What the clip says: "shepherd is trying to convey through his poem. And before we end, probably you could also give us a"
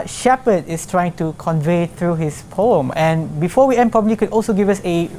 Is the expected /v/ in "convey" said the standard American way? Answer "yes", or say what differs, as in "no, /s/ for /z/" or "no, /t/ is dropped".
yes